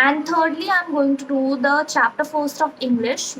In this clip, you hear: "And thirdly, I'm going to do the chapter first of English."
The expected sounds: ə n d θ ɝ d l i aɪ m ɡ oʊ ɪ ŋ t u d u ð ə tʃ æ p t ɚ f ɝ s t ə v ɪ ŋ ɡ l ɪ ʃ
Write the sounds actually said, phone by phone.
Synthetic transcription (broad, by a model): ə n d t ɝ d l i aɪ m ɡ oʊ ɪ ŋ t u d u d ə tʃ æ p t ɚ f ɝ s t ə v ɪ ŋ ɡ l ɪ ʃ